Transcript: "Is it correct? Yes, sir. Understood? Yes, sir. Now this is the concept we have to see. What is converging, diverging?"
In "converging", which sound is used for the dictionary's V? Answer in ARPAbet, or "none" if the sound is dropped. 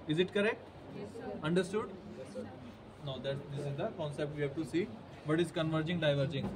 V